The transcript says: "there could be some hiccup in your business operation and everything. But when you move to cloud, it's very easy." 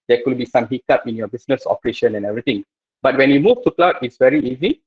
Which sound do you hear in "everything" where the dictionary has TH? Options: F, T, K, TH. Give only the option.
T